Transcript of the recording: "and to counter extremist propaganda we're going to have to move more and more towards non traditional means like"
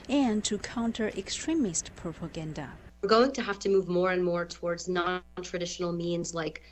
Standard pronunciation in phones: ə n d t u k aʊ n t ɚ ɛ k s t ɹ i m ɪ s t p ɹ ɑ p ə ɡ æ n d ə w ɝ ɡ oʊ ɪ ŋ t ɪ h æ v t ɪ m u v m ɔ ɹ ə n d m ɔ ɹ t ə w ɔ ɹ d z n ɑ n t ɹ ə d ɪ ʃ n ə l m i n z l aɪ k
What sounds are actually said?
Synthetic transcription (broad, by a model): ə n t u k aʊ n t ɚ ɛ k s t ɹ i m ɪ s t p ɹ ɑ p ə ɡ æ n d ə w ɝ ɡ oʊ ɪ ŋ t ɪ h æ f t ɪ m u v m ɔ ɹ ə n m ɔ ɹ t ə w ɔ ɹ d z n ɑ n t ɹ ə d ɪ ʃ n l m i n z l aɪ k